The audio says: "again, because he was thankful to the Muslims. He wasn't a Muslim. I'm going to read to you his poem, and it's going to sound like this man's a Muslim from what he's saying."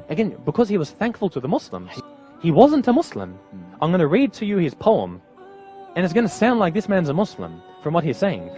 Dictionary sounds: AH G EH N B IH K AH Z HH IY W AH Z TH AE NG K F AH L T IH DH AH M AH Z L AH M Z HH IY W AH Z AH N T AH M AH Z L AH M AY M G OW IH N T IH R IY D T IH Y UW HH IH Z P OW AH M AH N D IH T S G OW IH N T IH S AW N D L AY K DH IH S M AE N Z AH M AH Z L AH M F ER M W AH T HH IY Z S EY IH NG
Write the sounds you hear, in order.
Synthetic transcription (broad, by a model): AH G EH N B IH K AH Z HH IY W AH Z TH AE NG K F L T IH DH AH M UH S L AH M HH IY W AH Z AH N T AH M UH S L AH M AY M G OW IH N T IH R IY D T IH Y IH IH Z P OW AH M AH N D IH T S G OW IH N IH S AW N D L AY K DH IH S M AE N Z AH M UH S L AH M F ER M W AH T HH IY Z S EY IH NG